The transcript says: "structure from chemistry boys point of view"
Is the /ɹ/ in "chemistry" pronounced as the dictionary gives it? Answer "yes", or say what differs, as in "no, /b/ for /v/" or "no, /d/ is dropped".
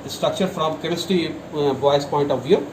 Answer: no, /ɹ/ is dropped